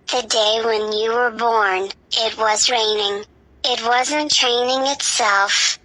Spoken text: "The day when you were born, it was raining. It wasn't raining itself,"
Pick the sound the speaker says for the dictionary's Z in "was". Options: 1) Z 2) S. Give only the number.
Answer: 1